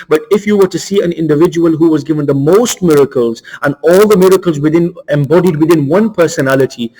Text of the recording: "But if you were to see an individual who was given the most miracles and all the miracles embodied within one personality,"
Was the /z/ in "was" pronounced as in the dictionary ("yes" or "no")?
yes